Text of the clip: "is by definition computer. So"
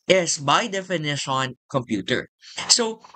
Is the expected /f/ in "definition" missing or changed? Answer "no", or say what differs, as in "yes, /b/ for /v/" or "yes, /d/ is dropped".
no